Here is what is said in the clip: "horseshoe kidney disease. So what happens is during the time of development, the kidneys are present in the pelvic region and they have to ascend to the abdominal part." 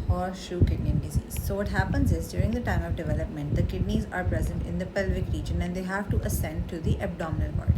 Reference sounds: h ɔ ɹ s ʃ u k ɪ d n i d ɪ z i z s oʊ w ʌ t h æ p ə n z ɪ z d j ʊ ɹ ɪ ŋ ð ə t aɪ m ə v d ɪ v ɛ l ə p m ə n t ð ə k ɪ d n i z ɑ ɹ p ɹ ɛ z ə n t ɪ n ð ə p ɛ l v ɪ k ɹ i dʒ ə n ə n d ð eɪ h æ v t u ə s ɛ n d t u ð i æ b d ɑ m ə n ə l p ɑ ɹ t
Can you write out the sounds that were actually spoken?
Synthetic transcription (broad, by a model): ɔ ɹ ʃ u k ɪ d n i d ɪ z i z s oʊ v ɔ t h æ p ə n z ɪ z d j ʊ ɹ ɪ ŋ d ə t aɪ m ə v d ɪ v ɛ l ə p m ə n t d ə k ɪ d n i z ɑ ɹ p ɹ ɛ z ə n t ɪ n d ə p ɛ l v ɪ k ɹ i dʒ ə n ə n d eɪ h æ v t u ə s ɛ n d t u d i æ b d ɑ m ə n ə l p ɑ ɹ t